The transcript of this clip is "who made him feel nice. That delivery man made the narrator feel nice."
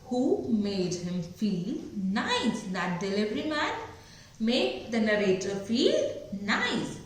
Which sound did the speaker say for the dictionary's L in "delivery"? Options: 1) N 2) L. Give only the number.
2